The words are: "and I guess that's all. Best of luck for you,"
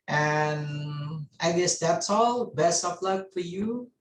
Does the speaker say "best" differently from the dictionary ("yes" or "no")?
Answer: yes